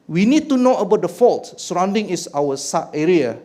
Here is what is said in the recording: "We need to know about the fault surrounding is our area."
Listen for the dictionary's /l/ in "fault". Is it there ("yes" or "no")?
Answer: yes